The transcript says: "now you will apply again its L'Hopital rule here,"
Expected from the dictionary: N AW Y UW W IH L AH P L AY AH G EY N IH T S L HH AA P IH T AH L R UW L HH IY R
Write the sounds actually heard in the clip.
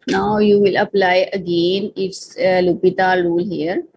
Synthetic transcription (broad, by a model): N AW Y UW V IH L AH P L AY AH G EY N IH T S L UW P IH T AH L R UW L HH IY R